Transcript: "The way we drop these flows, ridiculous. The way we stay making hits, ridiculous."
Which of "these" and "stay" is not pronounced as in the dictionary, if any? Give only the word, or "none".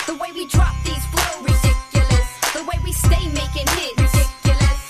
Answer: none